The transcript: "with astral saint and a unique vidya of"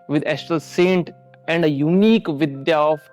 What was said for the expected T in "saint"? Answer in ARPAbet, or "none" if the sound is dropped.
T